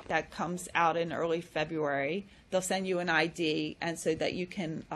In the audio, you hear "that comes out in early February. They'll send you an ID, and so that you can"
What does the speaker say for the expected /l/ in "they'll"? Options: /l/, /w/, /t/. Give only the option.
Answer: /l/